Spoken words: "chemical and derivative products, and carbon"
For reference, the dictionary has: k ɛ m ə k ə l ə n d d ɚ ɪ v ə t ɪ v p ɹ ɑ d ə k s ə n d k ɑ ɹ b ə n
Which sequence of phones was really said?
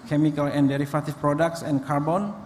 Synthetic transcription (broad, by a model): k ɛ m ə k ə l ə n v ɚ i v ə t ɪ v p ɹ ɑ d ə k s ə n k ɑ ɹ b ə n